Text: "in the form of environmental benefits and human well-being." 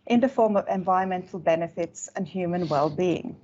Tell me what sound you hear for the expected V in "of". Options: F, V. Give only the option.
V